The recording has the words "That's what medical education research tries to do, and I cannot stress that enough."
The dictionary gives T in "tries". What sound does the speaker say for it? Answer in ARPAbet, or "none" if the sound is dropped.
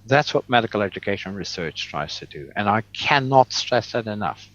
T